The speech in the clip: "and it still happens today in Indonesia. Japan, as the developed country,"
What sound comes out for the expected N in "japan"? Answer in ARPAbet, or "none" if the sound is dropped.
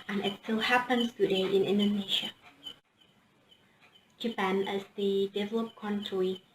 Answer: N